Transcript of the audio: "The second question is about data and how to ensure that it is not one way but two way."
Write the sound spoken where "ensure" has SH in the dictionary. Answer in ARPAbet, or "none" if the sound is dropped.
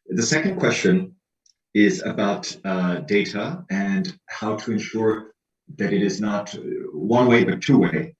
SH